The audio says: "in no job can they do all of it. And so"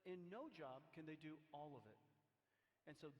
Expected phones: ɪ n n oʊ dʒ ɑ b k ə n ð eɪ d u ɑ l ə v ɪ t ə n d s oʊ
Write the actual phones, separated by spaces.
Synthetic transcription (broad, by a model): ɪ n n oʊ dʒ ɑ b k ə n ð eɪ d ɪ ɑ l ə v ɪ t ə n s oʊ